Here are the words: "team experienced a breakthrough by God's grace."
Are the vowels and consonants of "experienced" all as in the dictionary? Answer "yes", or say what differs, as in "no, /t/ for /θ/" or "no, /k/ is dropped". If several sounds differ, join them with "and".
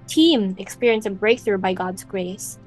no, /t/ is dropped